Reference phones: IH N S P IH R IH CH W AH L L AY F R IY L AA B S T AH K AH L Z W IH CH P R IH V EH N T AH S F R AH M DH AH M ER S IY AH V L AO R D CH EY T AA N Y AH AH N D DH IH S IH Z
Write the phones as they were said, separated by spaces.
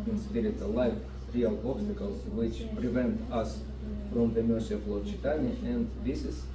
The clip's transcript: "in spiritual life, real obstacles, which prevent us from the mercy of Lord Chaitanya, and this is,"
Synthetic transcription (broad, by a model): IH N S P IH R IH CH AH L L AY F R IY L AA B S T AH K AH L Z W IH CH P R IH V EH N T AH S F R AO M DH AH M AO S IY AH F L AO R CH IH T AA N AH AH N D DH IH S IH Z